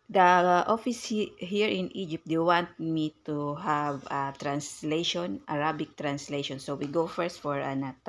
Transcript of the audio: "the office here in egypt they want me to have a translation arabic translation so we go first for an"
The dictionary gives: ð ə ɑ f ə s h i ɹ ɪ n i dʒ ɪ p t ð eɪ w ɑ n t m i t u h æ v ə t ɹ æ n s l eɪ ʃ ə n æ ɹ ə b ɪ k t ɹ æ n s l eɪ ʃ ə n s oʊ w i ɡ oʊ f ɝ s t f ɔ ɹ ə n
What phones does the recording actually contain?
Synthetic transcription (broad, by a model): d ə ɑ f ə s h i ɹ ɪ n i dʒ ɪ p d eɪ w ɑ n t m i t u h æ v ə t ɹ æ n s l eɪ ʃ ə n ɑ ɹ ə b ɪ k t ɹ æ n s l eɪ ʃ ə n s oʊ w i ɡ oʊ f ɝ s t f ɔ ɹ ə n